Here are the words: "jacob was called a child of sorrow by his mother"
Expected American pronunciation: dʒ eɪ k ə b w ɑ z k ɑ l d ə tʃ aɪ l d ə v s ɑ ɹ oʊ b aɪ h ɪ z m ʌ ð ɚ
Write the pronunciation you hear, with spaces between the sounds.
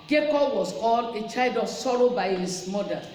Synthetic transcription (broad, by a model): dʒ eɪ k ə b w ɑ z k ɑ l ə tʃ aɪ l d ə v s ɑ ɹ oʊ b aɪ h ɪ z m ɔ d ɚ